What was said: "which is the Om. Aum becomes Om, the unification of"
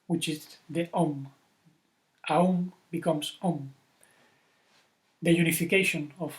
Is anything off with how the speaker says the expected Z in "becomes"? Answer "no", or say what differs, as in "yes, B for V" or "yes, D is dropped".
yes, S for Z